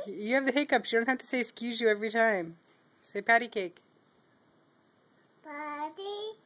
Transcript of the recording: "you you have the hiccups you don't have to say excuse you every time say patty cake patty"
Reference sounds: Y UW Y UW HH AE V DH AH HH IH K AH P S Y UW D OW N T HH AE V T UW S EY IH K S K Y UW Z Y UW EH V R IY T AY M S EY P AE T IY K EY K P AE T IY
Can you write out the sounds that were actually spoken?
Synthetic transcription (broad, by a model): Y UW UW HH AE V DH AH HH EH K AH P Y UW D OW N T HH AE F T UW S EY IH K S K Y UW Z Y UW EH V R IY T AY M S EY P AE T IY K EY K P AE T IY